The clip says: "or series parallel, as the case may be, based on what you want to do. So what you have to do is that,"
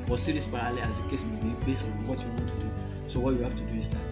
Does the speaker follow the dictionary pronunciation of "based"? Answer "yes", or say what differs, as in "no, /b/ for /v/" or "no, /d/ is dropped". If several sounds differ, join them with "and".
no, /t/ is dropped